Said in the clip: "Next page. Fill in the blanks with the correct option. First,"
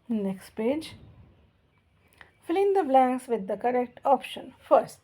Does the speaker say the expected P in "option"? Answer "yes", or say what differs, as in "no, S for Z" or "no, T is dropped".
yes